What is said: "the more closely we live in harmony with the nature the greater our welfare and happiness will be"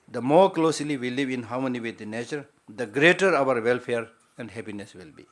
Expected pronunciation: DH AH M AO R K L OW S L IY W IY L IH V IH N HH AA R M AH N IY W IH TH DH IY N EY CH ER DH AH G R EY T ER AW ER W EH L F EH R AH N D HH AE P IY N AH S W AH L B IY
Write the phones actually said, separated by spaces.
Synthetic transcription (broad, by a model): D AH M AO R K L OW S L IY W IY L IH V IH N HH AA W M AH N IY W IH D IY N EY CH ER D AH G R EY T ER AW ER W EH L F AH R AH N D HH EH P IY N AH S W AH L B IY